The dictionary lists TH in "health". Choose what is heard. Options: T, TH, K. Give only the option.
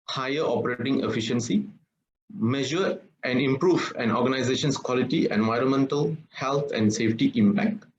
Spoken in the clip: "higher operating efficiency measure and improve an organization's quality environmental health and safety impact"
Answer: T